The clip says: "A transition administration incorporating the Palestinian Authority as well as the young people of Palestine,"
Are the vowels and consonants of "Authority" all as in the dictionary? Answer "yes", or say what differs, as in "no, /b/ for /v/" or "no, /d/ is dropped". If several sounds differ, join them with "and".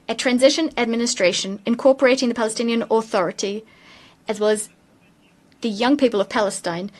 yes